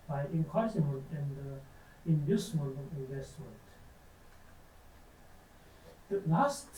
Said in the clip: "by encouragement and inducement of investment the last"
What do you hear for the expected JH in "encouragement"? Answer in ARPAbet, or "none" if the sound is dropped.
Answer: none